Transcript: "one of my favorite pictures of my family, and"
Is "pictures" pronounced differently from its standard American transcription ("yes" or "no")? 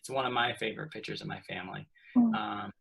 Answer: no